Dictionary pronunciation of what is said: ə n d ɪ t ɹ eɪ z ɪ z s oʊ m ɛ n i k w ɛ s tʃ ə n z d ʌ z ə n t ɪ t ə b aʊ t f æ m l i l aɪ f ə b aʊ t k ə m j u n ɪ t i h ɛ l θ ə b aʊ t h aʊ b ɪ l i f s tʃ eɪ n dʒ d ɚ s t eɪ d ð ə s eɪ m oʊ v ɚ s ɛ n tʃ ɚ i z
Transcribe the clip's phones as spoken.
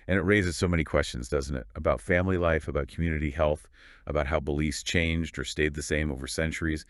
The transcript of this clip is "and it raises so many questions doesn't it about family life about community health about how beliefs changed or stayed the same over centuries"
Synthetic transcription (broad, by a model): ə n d ɪ t ɹ eɪ z ɪ z s oʊ m ɛ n i k w ɛ s tʃ ə n z d ʌ z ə n t ɪ t ə b aʊ t f æ m l i l aɪ f ə b aʊ t k m j u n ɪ t i h ɛ l θ ə b aʊ t h aʊ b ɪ l i s tʃ eɪ n dʒ d ɚ s t eɪ d ð ə s eɪ m oʊ v ɚ s ɛ n tʃ ɚ i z